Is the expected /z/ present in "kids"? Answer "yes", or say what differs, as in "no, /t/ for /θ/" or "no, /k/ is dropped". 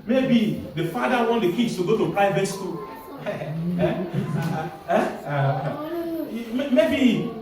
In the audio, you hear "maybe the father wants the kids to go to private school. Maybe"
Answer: no, /s/ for /z/